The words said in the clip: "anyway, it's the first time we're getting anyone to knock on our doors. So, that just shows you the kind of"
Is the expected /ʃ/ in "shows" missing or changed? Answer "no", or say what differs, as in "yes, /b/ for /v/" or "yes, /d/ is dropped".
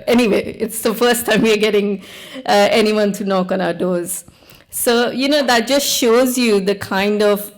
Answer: no